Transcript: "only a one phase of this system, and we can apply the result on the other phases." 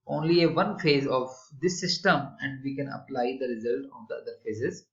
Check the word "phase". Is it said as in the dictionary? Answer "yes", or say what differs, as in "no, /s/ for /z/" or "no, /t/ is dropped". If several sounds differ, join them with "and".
yes